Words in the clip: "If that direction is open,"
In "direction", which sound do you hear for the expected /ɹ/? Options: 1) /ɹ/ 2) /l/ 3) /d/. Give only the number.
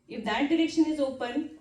1